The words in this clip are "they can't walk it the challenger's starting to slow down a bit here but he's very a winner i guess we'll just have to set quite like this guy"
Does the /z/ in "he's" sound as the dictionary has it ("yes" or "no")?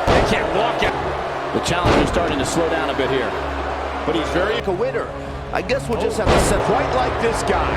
yes